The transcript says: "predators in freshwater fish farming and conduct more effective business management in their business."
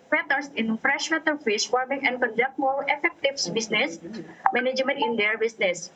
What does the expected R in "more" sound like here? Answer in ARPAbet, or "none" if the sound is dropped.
L